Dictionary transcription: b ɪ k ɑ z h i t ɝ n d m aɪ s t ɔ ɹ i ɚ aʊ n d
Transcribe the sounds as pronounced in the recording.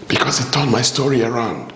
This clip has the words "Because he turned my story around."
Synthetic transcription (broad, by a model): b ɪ k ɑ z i t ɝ d m aɪ s t ɔ ɹ i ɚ aʊ n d